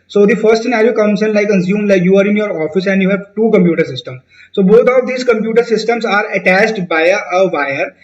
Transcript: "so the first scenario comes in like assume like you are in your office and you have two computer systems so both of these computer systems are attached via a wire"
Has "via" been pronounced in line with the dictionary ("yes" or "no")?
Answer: no